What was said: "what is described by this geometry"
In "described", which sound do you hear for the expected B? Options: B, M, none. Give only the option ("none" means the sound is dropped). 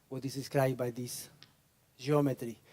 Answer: none